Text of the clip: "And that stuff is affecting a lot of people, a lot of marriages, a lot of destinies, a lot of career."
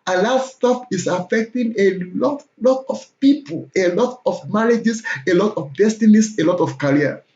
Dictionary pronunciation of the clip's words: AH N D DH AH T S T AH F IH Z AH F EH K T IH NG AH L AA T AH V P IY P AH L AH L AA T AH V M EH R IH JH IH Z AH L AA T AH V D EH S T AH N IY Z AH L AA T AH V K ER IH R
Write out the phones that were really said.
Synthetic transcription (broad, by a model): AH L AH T S T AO P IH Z AH F EH K T IH NG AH L AA T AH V P IY P AH L AH L AA T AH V M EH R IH JH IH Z AH L AA T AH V D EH S T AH N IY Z AH L AA T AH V K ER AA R